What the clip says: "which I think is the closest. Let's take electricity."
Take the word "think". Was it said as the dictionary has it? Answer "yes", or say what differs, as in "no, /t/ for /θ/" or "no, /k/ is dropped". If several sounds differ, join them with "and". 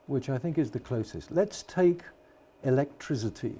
yes